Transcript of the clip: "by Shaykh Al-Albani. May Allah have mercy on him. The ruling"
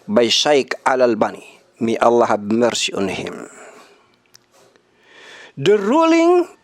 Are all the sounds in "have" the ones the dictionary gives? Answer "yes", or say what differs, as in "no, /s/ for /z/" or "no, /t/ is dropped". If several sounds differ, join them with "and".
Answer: no, /b/ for /v/